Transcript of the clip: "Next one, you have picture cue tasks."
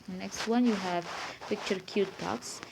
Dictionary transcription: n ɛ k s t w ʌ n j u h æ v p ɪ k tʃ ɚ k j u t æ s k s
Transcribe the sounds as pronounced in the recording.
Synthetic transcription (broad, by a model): n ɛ k s t w ʌ n j u h æ v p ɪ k tʃ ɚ k j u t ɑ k s